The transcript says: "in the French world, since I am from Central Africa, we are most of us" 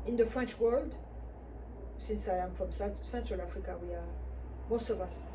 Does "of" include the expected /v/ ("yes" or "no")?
yes